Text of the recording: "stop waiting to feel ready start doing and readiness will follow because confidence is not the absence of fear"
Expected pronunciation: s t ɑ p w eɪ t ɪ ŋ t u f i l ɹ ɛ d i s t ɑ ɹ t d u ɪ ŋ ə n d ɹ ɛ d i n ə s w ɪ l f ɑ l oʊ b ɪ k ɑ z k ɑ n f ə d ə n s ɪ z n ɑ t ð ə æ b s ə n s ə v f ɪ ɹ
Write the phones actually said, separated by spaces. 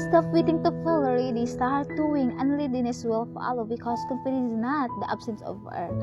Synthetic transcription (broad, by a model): s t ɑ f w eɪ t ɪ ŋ t u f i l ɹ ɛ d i s t ɑ ɹ t d u ɪ ŋ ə n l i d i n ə s w ɪ l f ɑ l oʊ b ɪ k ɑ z k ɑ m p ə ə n ɪ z n ɑ t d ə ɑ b s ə n s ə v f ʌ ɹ